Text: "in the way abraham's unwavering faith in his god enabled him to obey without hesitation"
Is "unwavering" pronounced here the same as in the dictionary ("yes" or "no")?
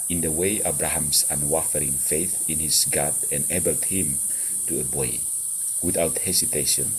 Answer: no